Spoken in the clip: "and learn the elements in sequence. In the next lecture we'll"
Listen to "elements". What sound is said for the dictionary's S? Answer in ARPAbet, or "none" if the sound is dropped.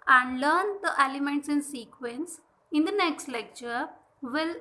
S